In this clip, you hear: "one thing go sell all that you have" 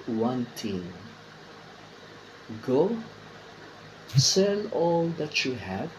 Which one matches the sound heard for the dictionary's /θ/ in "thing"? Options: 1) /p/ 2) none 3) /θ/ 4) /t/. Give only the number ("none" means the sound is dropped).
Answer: 4